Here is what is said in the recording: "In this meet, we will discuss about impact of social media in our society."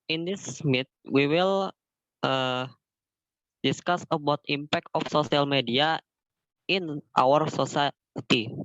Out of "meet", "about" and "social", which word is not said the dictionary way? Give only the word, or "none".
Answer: social